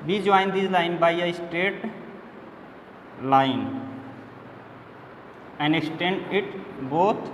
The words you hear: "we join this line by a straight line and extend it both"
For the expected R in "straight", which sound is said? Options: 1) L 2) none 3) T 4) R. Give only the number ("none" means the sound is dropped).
2